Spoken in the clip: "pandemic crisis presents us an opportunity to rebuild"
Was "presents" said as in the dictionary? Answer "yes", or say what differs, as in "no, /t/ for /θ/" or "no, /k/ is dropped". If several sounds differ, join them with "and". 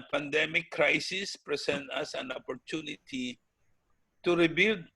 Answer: no, /s/ is dropped